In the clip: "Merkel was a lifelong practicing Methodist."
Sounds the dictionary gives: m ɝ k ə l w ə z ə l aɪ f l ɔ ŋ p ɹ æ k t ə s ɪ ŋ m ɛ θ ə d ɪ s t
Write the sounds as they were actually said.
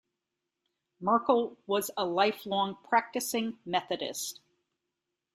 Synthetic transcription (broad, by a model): m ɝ k l w ə z ə l aɪ f l ɔ ŋ p ɹ æ k t ə s ɪ ŋ m ɛ θ ə d ɪ s t